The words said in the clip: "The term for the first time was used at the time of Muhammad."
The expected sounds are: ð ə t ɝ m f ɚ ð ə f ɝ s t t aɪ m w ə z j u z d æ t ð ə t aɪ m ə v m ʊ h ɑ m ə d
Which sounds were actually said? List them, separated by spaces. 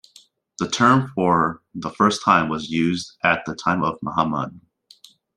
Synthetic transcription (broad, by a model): ð ə t ɝ m f ɚ ð ə f ɝ s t t aɪ m w ə z j u z d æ t ð ə t aɪ m ə v m ʊ h ɑ m ə d